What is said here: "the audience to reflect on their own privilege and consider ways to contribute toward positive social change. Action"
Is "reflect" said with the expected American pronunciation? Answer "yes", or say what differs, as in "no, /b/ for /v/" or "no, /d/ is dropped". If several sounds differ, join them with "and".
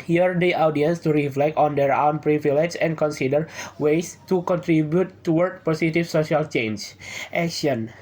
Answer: yes